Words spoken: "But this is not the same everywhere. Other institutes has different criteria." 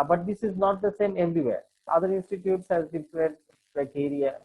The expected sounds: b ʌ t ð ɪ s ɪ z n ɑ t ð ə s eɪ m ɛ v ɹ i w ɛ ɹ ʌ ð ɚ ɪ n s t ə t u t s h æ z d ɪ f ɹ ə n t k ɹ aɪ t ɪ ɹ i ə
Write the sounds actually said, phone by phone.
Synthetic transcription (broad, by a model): b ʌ t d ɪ s ɪ z n ɑ t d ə s eɪ m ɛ v ɹ i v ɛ ɹ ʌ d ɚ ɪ n s t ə t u t s h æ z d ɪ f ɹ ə t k ɹ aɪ t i ɹ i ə